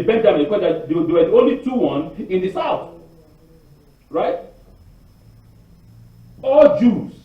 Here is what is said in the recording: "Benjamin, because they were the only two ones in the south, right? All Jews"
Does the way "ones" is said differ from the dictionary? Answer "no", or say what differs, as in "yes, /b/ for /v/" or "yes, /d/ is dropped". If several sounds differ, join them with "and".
yes, /z/ is dropped